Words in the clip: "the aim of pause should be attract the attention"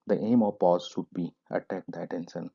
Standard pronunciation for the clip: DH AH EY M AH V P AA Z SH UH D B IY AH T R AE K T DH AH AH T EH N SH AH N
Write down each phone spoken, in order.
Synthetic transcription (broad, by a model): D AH EY M AH V P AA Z SH UH D B IY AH T AE K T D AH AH T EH N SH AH N